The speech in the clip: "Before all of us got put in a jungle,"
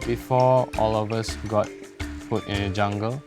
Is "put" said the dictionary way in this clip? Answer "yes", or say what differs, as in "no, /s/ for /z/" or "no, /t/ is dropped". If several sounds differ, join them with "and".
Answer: no, /f/ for /p/